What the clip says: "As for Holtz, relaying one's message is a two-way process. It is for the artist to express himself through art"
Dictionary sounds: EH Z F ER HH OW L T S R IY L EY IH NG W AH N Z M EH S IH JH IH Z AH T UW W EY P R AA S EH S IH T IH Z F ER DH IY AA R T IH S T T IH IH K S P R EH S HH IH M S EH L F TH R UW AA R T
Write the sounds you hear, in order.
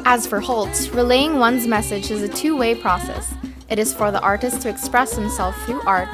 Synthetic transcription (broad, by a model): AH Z F ER HH OW L T S R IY L EY IH NG W AH N Z M EH S IH JH IH Z AH T UW W EY P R AA S EH S IH T IH Z F ER DH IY AA R T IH S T T IH IH K S P R EH S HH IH M S EH L F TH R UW AA R T